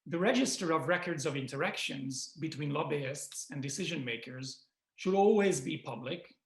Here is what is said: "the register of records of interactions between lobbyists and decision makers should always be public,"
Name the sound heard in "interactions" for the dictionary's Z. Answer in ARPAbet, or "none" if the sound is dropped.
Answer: Z